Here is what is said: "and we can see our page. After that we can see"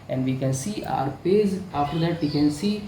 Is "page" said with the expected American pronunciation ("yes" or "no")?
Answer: no